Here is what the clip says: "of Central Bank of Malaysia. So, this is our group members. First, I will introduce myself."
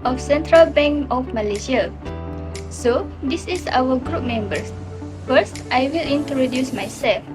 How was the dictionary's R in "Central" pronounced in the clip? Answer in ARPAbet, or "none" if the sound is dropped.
R